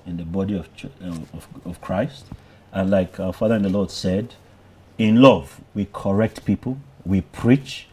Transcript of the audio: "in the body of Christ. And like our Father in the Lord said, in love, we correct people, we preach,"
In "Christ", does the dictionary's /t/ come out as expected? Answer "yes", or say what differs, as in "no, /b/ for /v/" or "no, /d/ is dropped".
yes